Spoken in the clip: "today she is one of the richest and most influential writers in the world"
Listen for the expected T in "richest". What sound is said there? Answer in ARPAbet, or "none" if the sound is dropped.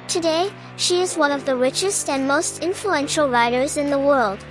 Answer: T